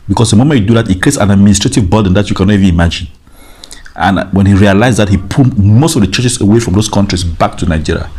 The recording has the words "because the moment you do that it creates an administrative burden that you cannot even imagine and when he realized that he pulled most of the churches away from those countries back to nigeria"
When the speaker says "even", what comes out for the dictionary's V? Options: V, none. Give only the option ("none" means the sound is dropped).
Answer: V